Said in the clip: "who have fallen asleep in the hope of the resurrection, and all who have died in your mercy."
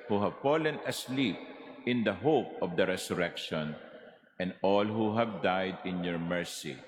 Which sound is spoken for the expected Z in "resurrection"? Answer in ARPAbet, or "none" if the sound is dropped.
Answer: S